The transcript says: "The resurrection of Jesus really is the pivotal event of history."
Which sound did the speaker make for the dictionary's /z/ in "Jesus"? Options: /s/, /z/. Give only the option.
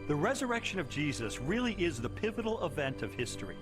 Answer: /z/